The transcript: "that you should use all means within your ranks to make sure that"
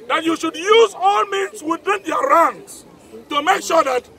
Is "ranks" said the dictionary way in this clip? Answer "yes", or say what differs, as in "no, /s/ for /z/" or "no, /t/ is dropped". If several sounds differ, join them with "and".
no, /k/ is dropped